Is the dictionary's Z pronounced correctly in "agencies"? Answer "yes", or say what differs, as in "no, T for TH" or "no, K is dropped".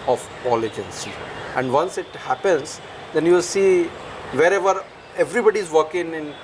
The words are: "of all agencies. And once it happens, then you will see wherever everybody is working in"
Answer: no, Z is dropped